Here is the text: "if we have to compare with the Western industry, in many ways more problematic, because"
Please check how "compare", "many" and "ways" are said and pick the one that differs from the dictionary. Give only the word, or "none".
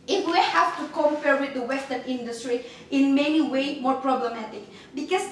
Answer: ways